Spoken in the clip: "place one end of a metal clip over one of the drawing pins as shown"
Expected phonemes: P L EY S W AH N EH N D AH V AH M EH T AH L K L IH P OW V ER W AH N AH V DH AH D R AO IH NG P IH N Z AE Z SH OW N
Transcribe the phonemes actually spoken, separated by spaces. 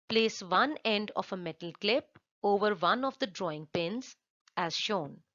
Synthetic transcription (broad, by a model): P L EY S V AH N EH N D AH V AH M EH T AH L K L IH P OW V ER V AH N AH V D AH D R AO IH NG P IH N Z AE Z SH OW N